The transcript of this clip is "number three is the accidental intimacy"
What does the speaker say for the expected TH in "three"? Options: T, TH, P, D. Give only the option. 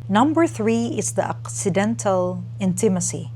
TH